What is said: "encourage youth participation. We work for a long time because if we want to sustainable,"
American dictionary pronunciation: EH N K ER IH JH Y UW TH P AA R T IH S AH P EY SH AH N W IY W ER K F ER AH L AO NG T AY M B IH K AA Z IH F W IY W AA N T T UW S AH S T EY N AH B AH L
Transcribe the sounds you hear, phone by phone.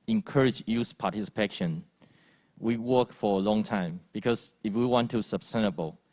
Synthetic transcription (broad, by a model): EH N K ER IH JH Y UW S P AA T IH S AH P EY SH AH N W IY W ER K F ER AH L AO NG T AY M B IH K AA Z IH F W IY W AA N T T UW S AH S T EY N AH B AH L